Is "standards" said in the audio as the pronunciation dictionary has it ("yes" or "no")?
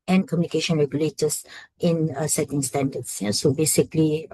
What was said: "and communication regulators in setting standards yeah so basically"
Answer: no